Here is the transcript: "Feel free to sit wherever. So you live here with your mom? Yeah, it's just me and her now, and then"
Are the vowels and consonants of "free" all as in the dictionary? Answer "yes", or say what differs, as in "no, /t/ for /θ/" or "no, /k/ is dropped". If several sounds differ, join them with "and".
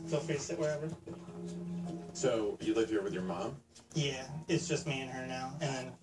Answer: no, /ɹ/ is dropped